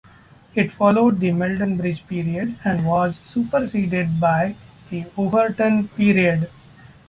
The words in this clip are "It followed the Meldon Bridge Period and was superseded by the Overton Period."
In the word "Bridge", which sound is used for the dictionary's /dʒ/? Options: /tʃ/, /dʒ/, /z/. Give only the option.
/dʒ/